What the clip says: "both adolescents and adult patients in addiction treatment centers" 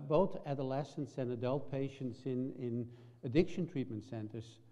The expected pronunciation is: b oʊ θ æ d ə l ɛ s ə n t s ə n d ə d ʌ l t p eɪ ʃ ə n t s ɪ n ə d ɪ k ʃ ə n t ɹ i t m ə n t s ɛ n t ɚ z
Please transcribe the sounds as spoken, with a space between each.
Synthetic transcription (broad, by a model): b oʊ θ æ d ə l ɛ s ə n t s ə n ə d ʌ l t p eɪ ʃ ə n t s ɪ n ə d ɪ k ʃ ə n t ɹ i t m ə n t s ɛ n t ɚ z